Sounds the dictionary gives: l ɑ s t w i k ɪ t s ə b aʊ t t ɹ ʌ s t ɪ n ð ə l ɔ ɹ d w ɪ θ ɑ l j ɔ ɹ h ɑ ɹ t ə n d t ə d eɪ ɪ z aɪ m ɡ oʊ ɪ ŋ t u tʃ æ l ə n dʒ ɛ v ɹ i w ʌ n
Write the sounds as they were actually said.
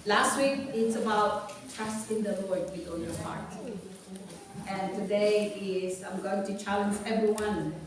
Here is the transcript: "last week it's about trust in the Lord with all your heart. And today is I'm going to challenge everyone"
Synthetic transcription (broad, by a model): l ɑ s t w i k ɪ t s ə b aʊ t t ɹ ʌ s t ɪ n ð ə l ɔ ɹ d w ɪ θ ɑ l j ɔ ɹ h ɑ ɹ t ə n t ə d eɪ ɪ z aɪ m ɡ oʊ ɪ ŋ t u tʃ æ l ə n dʒ ɛ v ɹ i w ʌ n